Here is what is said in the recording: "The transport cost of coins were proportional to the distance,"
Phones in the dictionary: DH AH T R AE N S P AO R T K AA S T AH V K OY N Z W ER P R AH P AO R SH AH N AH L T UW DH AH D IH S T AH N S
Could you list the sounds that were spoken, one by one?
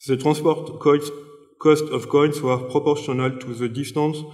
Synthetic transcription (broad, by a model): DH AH T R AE S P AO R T K AA S T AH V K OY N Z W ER P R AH P AO R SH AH N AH L T UW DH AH D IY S T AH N S